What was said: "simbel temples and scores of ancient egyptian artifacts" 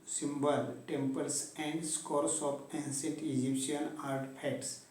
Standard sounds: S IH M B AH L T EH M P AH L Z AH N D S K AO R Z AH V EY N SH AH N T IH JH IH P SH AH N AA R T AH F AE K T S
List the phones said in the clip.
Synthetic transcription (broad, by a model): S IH M B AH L T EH M P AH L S AH N D S K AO R S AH P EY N S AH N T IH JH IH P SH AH N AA R T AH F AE K T S